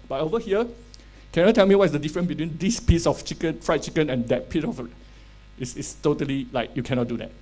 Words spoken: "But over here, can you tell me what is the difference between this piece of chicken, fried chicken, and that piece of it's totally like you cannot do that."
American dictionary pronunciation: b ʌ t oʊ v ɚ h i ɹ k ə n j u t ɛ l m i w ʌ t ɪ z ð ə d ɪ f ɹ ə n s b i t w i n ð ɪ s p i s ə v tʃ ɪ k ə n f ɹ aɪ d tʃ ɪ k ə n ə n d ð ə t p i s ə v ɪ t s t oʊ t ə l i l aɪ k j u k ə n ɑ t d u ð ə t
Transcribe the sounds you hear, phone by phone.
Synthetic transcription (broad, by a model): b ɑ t oʊ v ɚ h i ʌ k ə n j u t ɛ l m i w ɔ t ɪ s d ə d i f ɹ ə n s b i t w i n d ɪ s p i s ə f tʃ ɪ k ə n f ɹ aɪ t tʃ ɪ k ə n ə n d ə t p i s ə f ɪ s s t oʊ t ə l i l aɪ k j u k ə n ɑ t d u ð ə t